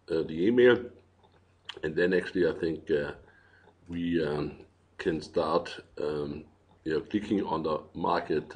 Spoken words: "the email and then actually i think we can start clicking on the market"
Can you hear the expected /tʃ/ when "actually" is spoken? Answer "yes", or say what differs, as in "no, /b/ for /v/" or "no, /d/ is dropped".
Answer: no, /s/ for /tʃ/